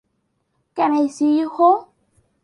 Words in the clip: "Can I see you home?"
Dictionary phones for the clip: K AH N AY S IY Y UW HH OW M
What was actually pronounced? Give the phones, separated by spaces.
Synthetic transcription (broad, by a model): K AH N AY S IY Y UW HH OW